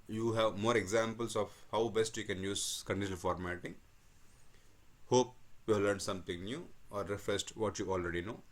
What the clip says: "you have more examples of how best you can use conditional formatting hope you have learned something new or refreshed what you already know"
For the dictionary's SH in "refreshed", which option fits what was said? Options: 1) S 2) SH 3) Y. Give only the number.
1